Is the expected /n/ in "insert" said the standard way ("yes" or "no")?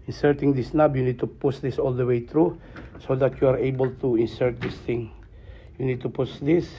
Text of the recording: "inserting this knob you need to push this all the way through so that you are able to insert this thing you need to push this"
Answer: yes